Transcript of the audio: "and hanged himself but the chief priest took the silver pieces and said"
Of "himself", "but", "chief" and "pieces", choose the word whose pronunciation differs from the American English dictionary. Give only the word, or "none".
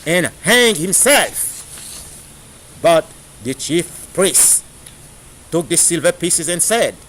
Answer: none